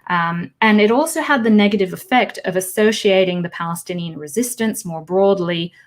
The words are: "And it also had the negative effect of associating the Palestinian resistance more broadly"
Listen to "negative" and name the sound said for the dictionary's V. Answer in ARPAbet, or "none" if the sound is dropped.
V